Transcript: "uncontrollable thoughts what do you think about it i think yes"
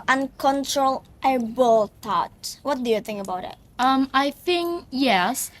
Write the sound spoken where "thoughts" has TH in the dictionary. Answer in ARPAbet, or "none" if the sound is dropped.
T